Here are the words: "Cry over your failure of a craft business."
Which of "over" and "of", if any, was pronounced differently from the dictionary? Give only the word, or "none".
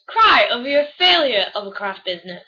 none